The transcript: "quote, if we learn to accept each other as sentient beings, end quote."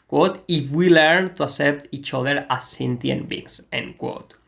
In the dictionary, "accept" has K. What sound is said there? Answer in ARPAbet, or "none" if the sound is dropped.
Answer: none